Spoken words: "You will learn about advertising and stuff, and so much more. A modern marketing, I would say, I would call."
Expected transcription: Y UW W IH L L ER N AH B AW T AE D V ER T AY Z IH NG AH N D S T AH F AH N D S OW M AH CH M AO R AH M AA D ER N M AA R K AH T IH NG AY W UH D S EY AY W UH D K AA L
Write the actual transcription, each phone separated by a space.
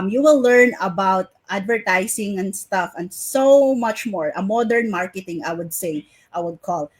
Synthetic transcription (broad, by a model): Y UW W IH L L ER N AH B AW T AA D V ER T AY S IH NG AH N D S T AH F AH N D S OW M AH CH M AO R AH M AA D ER N M AA R K AH T IH NG AY W UH D S EY AY W UH D K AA L